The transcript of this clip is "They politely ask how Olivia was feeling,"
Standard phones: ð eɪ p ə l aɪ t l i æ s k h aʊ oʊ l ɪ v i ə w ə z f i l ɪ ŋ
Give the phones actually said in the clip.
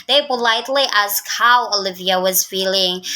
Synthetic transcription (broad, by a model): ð eɪ b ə l aɪ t l i æ s k h aʊ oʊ l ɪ v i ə w ə z f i l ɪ ŋ